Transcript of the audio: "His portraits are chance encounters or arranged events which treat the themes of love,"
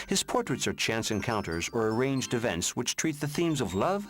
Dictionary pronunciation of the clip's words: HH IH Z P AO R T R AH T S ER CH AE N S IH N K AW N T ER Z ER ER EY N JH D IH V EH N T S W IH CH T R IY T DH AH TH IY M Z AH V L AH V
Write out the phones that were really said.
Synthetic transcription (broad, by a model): HH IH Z P AO R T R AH T S ER CH AE N S IH N K AW N T ER Z ER ER EY N JH D IH V EH N T S W IH CH T R IY T DH AH TH IY M Z AH V L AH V